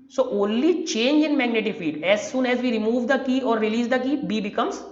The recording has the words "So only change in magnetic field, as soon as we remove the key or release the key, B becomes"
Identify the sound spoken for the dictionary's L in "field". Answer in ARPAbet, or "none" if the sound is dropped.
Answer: none